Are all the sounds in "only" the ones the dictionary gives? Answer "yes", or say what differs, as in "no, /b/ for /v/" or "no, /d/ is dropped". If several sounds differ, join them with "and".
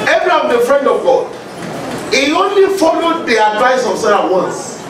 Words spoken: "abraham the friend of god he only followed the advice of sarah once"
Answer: yes